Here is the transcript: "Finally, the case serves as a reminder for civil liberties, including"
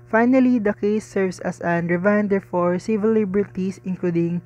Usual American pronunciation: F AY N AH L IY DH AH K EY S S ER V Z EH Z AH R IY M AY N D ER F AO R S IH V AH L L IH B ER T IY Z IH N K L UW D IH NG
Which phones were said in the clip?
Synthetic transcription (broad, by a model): F AY N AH L IY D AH K EY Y S ER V S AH S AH R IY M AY N D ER F AO R S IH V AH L L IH B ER T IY S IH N K L UW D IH NG